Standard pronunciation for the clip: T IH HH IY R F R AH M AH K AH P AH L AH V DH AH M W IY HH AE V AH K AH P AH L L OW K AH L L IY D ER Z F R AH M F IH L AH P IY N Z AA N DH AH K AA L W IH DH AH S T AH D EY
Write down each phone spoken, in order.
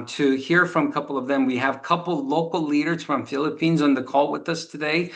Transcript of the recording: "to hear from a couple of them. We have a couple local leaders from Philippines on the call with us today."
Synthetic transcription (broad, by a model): T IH HH IY R F R AH M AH K AH P L AH V DH AH M W IY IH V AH K AH P L L OW K L L IY D ER Z F R AH M F IH L AH P IY N Z N DH AH K AA L W IH DH AH S T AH D EY